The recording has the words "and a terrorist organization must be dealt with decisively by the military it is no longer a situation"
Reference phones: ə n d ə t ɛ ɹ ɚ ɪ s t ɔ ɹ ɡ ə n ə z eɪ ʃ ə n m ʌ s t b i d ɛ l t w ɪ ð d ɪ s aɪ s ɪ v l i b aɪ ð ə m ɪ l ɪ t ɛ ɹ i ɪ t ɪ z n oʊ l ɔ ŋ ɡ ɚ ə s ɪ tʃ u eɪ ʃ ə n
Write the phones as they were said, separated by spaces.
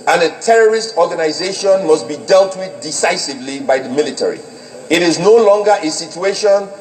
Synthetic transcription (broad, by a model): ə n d ə t ɛ ɹ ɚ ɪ s t ɔ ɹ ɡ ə n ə z eɪ ʃ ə n m ʌ s t b i d ɛ l t w ɪ ð d ɪ s aɪ s ɪ v l i b aɪ ð ə m ɪ l ɪ t ɛ ɹ i ɪ t ɪ z n oʊ l ɔ ŋ ɡ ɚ ə s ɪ tʃ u eɪ ʃ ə n